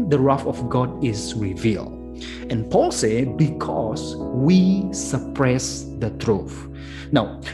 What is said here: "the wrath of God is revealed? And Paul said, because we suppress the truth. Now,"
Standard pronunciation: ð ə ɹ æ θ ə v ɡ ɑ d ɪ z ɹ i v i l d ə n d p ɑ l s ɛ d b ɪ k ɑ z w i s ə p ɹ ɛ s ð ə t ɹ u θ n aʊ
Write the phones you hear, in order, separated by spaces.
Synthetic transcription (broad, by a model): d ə ɹ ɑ f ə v ɡ ɑ d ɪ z ɹ i v i l d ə n p ɑ l s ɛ b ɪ k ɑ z w i s ə p ɹ ɛ s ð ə t ɹ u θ n aʊ